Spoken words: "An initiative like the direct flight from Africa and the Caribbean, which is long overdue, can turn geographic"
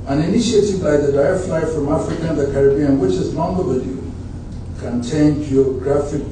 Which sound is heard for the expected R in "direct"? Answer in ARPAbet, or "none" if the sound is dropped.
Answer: none